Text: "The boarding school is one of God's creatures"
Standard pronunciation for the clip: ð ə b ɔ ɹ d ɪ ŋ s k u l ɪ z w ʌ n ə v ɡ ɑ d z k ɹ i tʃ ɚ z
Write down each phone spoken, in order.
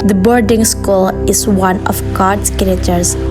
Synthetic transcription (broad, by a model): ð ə b ɔ ɹ d ɪ ŋ s k u l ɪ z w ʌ n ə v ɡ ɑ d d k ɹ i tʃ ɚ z